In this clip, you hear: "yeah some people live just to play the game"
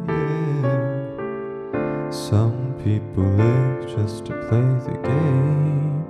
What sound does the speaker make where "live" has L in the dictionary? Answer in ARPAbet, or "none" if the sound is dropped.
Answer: W